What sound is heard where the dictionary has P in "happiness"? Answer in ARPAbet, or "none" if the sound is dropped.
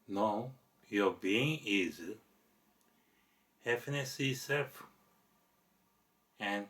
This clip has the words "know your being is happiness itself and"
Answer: F